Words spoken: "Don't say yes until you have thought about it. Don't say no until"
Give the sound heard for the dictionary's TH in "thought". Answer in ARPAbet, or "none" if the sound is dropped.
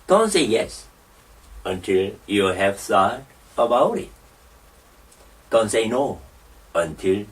S